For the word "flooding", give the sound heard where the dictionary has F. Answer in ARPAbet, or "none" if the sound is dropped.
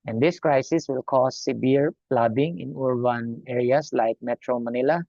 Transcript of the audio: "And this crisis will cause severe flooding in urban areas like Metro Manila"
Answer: P